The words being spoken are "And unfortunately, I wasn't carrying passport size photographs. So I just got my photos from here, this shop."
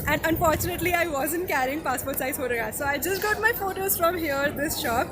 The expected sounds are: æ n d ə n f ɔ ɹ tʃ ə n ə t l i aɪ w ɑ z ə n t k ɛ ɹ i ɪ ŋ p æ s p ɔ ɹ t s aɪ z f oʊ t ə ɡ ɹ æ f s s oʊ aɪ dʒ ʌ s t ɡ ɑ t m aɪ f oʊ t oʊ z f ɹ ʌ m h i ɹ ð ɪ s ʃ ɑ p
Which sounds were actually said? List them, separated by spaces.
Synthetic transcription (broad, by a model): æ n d ə n f ɔ ɹ tʃ ə n ə t l i aɪ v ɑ z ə n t k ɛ ɹ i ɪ ŋ p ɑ s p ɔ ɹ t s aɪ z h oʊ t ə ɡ ɑ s s oʊ aɪ dʒ ʌ s t ɡ ɑ t m aɪ f oʊ t oʊ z f ɹ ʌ m h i ɹ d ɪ s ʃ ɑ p